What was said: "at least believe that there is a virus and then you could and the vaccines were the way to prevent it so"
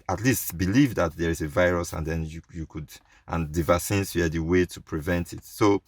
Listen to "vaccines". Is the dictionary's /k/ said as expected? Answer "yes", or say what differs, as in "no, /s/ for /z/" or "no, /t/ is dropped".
no, /k/ is dropped